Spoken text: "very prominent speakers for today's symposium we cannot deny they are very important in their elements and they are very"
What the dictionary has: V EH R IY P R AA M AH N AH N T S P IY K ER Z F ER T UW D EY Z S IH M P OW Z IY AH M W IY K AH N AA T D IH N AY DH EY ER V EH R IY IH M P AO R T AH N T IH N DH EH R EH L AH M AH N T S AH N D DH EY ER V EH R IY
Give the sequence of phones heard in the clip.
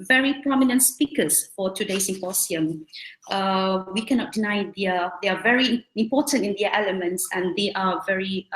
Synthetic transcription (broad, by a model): V EH R IY P R AA M AH N AH N T S P IY K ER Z F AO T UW D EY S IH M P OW S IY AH M W IY K AH N AA T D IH N AY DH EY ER V EH R IY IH M P AO T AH N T IH N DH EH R EH L AH M AH N T S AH N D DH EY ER V EH R IY